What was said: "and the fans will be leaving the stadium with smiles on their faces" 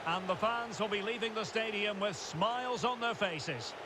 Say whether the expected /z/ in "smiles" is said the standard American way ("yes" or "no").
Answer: yes